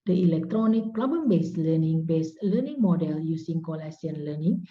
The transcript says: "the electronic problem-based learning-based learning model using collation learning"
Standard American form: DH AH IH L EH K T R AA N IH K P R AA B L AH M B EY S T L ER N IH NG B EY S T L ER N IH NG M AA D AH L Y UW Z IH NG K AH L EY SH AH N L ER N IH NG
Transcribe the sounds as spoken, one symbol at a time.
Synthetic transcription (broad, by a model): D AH IH L EH K T R AA N IH K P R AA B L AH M B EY S L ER N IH NG B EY S L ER N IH NG M AA D AH L Y UW S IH NG K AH L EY S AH N L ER N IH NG